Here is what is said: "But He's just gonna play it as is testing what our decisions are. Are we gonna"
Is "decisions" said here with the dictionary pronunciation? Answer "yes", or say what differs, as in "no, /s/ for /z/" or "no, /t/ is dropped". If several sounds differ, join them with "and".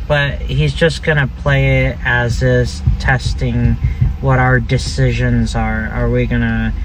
yes